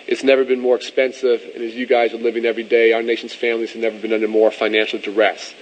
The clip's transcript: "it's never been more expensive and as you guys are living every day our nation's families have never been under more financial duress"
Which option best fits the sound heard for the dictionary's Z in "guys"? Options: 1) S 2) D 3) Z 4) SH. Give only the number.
3